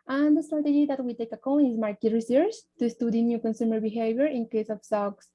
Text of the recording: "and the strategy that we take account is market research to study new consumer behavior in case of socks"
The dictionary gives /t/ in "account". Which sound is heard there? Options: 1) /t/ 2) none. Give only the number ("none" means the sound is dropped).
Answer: 2